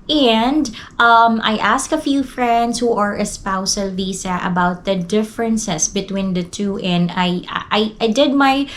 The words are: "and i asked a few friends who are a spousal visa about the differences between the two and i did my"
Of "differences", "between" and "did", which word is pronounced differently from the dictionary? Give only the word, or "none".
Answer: differences